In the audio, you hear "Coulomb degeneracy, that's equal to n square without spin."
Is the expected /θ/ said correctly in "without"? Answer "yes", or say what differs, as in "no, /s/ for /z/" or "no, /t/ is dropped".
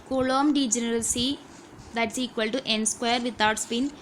no, /t/ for /θ/